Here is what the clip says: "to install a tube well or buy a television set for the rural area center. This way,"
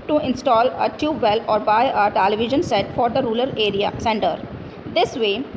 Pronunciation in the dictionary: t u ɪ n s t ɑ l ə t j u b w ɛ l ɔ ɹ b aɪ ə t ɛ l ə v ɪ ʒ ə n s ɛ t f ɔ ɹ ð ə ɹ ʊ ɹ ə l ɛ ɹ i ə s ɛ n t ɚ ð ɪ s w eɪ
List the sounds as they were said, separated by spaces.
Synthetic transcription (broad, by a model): t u ɪ n s t ɑ l ə t j u b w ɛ l ɔ ɹ b aɪ ə t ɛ l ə v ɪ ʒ ə n s ɛ t f ɔ ɹ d ə ɹ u l ə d ɛ ɹ i ə s ɛ n t ɚ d ɪ s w eɪ